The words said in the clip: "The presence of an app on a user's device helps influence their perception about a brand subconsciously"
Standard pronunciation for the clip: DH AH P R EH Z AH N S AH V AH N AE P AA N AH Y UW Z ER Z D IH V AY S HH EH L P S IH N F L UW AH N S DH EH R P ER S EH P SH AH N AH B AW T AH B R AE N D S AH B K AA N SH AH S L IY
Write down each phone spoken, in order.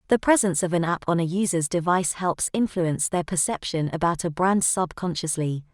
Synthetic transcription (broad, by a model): DH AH P R EH Z AH N S AH V AH N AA P N AH Y UW Z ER Z D IH V AY S HH EH L P S IH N F L UW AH N S DH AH P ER S EH P SH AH N AH B AW T AH B R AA N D S AH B K AA N SH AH S L IY